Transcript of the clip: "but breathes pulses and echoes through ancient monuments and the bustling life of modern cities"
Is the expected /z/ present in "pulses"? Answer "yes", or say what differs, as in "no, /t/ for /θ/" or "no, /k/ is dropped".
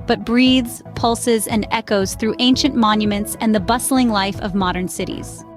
yes